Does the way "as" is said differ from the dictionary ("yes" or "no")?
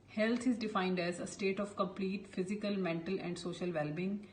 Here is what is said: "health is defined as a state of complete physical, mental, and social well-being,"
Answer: no